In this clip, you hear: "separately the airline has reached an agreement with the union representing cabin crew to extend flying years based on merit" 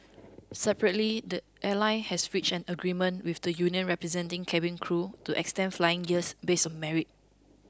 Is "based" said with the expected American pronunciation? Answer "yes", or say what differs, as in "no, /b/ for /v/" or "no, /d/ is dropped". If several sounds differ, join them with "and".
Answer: no, /t/ is dropped